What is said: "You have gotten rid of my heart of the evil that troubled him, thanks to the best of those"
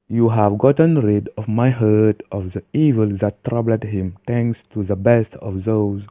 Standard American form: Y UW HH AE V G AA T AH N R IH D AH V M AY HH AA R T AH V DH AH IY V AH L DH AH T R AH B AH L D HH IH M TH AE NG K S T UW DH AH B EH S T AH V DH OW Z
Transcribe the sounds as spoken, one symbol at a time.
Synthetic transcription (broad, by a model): Y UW HH AE V G AA T AH N R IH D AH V M AY HH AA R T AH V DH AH IY V AH L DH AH T R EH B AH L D HH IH M T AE NG K S T UW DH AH B EH S T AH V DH OW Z